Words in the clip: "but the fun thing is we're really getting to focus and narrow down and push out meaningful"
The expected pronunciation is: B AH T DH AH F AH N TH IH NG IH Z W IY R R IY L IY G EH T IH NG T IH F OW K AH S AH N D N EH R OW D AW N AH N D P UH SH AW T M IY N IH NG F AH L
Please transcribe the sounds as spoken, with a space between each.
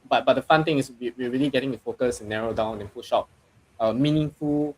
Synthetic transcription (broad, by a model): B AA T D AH F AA N T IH NG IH S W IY W R IY L IY G EH T IH NG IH F OW K AH S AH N N EH R OW D AW N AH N P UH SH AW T M IY N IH NG F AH L